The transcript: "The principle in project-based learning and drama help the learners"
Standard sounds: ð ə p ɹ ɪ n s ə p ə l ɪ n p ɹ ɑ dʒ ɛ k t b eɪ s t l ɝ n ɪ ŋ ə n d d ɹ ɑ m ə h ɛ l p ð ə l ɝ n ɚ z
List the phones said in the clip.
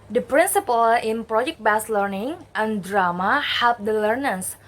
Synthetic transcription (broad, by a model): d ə p ɹ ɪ n s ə p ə l ɪ n p ɹ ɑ dʒ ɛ k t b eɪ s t l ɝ n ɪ ŋ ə n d d ɹ ɑ m ə h ɛ l p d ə l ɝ n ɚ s